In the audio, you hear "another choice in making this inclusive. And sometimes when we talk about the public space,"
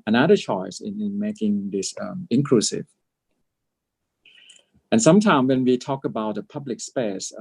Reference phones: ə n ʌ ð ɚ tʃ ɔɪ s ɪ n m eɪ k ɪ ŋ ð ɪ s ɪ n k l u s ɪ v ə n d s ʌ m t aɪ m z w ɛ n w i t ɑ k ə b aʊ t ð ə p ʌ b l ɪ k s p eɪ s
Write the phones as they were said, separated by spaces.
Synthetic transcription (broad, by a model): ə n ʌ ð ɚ tʃ ɔɪ s ɪ n m eɪ k ɪ ŋ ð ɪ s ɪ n k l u s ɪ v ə n s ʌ m t aɪ m w ɛ n w i t ɑ k ə b aʊ t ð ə p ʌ b l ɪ k s p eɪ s